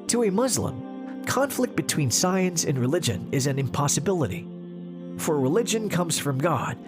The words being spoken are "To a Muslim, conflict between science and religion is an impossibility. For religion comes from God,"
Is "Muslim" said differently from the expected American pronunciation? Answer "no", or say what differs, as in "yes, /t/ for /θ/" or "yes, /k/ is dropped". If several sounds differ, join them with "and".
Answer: no